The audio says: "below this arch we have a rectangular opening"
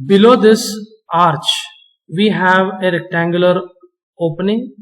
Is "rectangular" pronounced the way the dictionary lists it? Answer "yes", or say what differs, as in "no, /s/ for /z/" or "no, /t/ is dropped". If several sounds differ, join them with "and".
yes